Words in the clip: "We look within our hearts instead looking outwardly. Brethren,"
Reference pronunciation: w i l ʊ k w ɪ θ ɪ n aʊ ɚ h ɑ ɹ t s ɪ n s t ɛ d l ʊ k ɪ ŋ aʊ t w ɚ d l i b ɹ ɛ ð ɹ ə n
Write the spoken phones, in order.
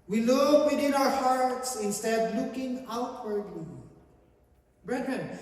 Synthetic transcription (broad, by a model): w i l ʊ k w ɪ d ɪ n aʊ ɚ h ɑ ɹ t s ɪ n s t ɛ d l ʊ k ɪ ŋ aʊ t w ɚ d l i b ɹ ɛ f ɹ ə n